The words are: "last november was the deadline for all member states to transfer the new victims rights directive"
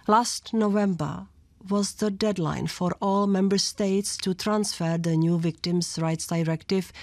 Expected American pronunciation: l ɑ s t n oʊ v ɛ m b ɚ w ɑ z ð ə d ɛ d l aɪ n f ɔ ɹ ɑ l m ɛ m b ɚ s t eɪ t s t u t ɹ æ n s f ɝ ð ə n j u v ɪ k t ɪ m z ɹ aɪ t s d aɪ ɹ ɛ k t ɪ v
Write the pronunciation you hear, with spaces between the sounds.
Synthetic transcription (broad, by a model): l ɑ s t n oʊ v ɛ m b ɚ w ɑ z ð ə d ɛ d l aɪ n f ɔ ɹ ɑ l m ɛ m b ɚ s t eɪ t s t u t ɹ æ n s f ɝ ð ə n j u v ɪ k t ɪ m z ɹ aɪ t s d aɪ ɹ ɛ k t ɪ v